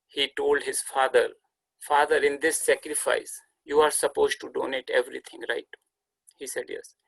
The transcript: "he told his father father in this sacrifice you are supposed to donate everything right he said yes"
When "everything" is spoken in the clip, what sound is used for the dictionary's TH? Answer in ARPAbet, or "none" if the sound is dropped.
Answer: T